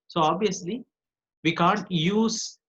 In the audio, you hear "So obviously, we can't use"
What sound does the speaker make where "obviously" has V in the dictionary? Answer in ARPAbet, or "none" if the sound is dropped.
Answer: none